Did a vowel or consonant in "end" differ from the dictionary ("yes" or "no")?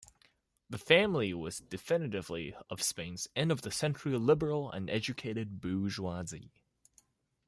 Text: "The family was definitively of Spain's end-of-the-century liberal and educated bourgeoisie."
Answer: yes